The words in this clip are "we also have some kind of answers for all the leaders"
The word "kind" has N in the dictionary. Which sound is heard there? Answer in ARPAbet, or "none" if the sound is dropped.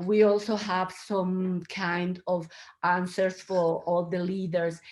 N